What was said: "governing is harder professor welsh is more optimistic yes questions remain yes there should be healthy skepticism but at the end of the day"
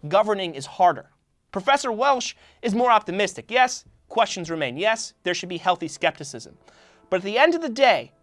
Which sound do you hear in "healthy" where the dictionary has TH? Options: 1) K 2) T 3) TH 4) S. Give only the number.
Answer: 3